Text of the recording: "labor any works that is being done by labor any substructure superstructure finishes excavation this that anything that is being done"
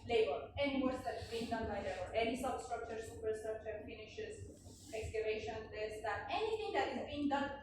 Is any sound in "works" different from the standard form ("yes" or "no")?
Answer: yes